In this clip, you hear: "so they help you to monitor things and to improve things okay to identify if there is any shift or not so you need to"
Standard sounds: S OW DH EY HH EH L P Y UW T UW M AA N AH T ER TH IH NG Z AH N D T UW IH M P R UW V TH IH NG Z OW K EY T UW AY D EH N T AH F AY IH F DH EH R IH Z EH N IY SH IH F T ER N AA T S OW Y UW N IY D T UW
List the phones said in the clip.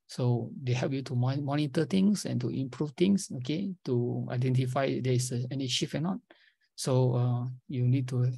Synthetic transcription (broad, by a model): S OW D EY HH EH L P Y UW T UW M AA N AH T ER T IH NG S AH N T UW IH M P R UW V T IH NG S OW K EY T UW AY D EH N T AH F AY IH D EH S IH EH N IY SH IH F ER N AA T S OW Y UW N IY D T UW